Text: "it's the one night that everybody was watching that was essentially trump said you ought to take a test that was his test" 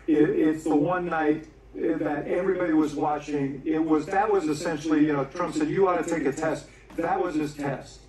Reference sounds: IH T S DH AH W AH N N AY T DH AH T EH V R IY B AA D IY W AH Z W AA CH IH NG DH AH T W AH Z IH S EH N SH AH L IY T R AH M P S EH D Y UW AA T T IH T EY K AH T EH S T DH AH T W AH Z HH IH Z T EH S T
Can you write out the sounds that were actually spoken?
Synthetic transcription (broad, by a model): IH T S DH AH W AH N N AY T DH AH T EH V R IY B AA D IY W AH Z W AA CH IH NG DH AH T W AH Z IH S EH N SH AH N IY T R AH M P S EH D Y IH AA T T IH T EY K AH T EH S T DH AH T W AH Z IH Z T EH S T